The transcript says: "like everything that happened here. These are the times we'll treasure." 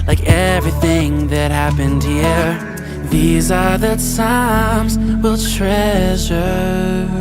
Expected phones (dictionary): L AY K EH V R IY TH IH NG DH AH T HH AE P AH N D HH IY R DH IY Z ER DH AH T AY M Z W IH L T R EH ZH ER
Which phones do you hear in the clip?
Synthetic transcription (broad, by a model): L AY K EH V R IY TH IH NG DH AH T HH AE P AH N D HH IY R DH IY Z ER DH AH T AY M Z W IH L T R EH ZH ER